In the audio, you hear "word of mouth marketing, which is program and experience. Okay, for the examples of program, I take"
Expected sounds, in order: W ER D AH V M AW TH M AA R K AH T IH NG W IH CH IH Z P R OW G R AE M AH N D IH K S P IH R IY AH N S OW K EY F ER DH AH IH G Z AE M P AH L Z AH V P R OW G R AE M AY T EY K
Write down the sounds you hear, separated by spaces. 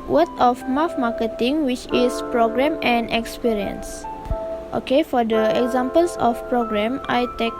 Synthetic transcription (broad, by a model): W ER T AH F M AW F M AA K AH T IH NG W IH CH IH S P R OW G R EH M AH N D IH K S P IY R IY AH N S OW K EY F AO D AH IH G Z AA M P AH L S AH F P R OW G R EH M AY T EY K